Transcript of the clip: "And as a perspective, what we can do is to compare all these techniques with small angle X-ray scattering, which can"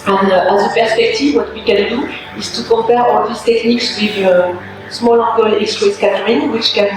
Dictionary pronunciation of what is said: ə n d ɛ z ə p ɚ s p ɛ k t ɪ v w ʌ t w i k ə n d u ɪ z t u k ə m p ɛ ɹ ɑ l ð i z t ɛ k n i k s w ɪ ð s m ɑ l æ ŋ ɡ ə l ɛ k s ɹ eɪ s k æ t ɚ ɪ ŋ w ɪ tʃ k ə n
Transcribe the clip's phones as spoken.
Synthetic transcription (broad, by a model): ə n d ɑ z ə p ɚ s p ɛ k t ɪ v w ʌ t w i k ə n d u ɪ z t u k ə p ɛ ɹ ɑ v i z t ɛ k n i k s w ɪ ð s m ɑ l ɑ ɡ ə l ɛ k s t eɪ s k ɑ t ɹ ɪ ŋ w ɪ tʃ k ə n